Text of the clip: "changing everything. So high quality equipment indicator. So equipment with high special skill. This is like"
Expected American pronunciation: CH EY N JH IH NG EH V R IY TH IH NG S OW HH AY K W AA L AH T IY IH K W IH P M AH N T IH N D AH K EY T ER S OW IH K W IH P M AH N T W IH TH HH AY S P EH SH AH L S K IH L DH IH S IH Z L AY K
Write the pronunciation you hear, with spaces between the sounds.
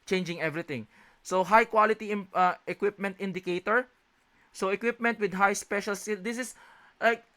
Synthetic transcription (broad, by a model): CH EY N JH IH NG EH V R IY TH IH NG S OW HH AY K W AA L AH T IY IH K W IH P M AH N T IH N D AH K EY T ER S OW IH K W IH P M AH N T W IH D HH AY S P EH SH AH L S IH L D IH S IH S L AY K